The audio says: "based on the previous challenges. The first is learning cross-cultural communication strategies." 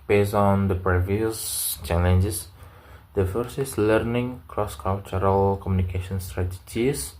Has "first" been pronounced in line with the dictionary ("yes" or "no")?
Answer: no